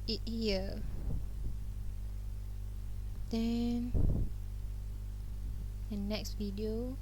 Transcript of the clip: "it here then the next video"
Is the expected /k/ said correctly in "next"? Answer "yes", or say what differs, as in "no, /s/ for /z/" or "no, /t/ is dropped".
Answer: yes